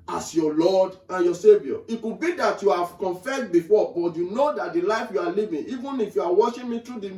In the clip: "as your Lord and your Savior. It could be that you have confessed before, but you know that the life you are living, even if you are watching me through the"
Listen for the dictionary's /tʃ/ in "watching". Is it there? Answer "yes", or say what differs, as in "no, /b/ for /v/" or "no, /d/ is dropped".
no, /ʃ/ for /tʃ/